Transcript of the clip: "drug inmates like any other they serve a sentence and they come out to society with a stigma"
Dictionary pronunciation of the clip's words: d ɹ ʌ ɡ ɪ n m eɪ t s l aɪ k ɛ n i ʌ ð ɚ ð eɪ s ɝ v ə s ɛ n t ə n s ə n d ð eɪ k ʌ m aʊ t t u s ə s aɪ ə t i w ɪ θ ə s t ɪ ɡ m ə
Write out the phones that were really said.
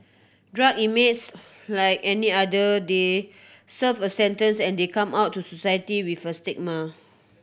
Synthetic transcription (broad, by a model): d ɹ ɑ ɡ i m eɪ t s l aɪ k ɛ n i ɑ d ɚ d eɪ s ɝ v ə s ɛ n t ə n s ə n d eɪ k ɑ m aʊ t t u s ə s aɪ ə t i w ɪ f ə s t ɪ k m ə